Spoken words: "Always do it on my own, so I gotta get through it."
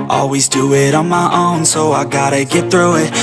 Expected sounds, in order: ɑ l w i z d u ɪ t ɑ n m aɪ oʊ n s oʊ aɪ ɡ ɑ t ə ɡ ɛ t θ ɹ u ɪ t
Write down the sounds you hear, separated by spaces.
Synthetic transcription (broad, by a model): ɑ l w i z d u ɪ t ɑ n m aɪ oʊ n s oʊ aɪ ɡ ɑ t ə ɡ ɛ t θ ɹ u ɪ t